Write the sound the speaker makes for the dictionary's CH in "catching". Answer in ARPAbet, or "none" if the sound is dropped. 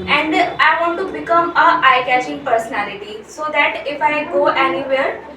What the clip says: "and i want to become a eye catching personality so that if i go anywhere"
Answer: SH